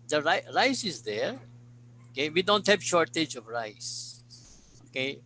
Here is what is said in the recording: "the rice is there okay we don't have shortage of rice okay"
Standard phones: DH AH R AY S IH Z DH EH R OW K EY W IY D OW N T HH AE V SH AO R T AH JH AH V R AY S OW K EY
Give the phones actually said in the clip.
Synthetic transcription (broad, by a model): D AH R AY S IH Z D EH R OW K EY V IY D OW N T HH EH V SH AO R T AH JH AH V R AY S OW K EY